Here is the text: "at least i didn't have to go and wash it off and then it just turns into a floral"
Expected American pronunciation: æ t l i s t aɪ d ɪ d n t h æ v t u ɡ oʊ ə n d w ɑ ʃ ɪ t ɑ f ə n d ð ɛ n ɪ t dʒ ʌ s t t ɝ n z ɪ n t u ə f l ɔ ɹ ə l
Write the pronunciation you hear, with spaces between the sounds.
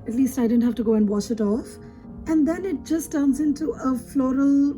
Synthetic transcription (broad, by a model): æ t l i s t aɪ d ɪ d n t h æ f t u ɡ oʊ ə n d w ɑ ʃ ɪ t ɑ f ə n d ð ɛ n ɪ t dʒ ʌ s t t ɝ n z ɪ n t u ə f l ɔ ɹ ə l